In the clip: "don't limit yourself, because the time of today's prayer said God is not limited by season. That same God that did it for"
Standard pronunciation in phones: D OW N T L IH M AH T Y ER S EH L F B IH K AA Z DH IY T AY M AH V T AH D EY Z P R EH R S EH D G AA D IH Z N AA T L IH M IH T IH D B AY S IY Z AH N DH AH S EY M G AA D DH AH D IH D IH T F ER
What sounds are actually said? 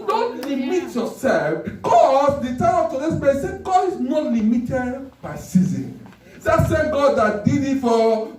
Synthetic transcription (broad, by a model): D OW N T L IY M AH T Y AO S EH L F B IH K AA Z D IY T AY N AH P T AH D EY S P EH S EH G AA D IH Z N AA T L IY M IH T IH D B AY S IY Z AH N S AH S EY G AA D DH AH D IH D IH T F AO